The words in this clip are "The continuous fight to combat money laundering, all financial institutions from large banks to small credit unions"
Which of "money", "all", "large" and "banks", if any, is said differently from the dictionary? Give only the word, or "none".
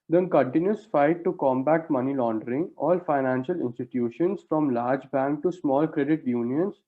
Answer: banks